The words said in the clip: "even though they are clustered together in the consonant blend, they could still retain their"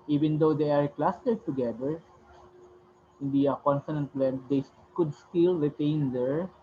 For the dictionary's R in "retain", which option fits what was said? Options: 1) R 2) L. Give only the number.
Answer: 1